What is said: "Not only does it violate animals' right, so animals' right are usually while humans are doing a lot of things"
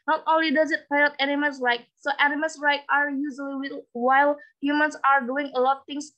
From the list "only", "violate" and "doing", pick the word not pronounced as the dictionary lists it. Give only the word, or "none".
violate